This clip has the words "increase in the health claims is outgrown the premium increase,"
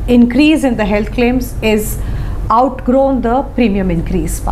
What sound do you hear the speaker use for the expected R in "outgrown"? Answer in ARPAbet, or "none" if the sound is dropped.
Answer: R